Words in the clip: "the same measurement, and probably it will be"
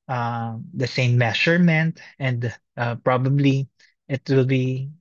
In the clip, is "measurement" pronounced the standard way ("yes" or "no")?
no